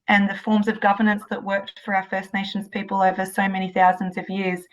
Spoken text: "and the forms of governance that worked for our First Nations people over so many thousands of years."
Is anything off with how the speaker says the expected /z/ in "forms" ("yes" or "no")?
no